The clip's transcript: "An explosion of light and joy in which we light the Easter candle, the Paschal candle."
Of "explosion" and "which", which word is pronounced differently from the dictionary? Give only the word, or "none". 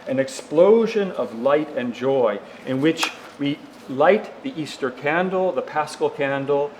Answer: none